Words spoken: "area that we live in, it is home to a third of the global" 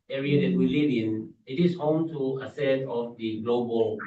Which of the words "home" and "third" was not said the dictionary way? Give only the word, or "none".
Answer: third